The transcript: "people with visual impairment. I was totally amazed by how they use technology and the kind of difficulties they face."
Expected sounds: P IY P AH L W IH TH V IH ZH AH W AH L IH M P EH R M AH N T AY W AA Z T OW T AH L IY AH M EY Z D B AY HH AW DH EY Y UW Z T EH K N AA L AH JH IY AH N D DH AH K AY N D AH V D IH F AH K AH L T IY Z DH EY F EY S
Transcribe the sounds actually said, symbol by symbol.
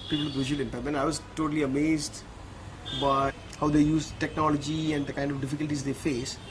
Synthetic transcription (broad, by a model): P IY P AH L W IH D V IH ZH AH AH L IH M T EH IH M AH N AY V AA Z T OW T AH L IY AH M EY Z D B AY HH AW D EY Y UW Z T EH K N AA L AH JH IY AH N D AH K AY N D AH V D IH F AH K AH L T IY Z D EY F EY S